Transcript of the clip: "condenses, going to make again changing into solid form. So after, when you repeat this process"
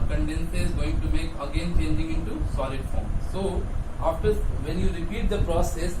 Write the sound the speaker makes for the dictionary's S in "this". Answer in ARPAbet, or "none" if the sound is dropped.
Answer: none